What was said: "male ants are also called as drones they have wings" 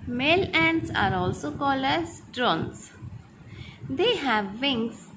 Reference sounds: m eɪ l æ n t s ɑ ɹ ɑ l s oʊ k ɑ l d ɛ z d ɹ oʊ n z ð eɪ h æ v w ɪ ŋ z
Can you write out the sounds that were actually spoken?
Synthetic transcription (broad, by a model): m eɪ l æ n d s ɑ ɹ ɑ l s oʊ k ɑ l ʌ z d ɹ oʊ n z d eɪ h æ v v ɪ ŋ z